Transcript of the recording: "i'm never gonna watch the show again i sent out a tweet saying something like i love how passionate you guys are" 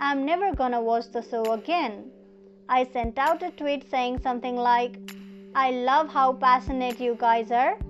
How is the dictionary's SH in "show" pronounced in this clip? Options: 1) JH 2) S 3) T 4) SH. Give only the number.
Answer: 2